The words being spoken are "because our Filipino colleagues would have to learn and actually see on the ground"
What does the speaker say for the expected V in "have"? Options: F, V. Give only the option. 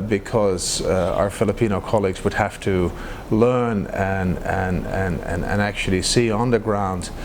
F